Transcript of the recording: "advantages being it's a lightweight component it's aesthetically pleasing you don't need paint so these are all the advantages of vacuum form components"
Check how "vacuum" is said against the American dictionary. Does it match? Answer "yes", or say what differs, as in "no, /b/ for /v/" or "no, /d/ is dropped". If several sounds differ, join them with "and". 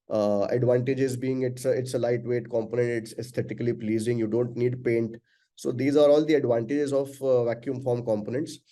yes